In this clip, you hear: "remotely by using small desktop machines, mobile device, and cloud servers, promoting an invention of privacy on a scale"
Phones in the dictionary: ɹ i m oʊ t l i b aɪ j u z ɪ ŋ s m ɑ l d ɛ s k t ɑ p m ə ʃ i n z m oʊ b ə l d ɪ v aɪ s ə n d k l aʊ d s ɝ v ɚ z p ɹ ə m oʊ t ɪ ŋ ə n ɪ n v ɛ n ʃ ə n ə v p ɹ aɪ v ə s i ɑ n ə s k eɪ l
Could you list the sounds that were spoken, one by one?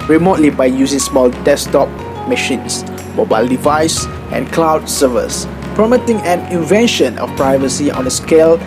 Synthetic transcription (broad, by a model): ɹ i m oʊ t l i b aɪ j u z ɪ ŋ s m ɑ l d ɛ s t ɑ p m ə ʃ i n s m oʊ b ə l d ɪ v aɪ s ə n k l aʊ d s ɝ v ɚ s p ɹ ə m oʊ t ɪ ŋ ə n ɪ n v ɛ n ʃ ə n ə f p ɹ aɪ v ə s i ɑ n ə s k eɪ l